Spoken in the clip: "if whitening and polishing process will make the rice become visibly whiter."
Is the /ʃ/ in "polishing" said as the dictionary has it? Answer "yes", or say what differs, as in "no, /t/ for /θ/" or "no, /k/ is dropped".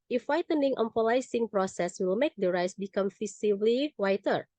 no, /s/ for /ʃ/